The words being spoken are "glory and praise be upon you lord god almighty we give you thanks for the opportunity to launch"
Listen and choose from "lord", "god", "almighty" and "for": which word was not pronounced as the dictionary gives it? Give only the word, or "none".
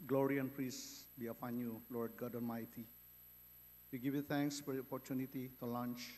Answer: almighty